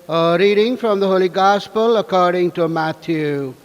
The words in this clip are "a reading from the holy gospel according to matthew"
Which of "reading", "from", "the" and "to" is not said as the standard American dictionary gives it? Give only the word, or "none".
none